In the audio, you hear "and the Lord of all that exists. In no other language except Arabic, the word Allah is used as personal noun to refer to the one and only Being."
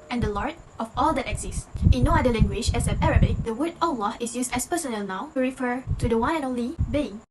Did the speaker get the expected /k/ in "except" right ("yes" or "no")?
no